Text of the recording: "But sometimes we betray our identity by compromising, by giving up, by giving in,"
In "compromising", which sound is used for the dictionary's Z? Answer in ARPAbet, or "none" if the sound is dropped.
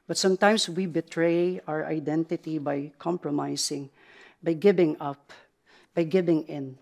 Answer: S